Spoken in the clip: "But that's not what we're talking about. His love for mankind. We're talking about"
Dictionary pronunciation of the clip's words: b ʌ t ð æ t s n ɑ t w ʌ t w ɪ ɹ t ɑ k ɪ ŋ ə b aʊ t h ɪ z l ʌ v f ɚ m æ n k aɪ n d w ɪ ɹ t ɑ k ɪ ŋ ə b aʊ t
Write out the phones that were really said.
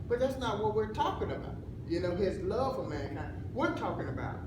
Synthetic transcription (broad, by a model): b ʌ t ð æ t s n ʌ t w ʌ t w ɪ ɹ t ɑ k ɪ ŋ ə b aʊ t h ɪ z l ʌ v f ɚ m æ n aɪ w ɪ ɹ t ɑ k ɪ ŋ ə b aʊ t